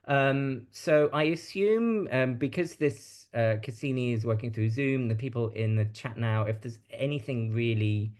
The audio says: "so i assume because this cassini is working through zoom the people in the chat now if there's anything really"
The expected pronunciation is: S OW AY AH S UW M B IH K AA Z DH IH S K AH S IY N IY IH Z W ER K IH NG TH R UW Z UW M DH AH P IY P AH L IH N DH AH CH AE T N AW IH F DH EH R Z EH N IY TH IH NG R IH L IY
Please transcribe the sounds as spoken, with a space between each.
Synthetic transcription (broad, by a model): S OW AY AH S UW M B IH K AA Z DH IH S K AH S IY N IY IH Z W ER K IH NG TH R UW Z UW M DH AH P IY P AH L IH N DH AH CH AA T N AW IH F DH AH Z EH N IY TH IH NG R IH L IY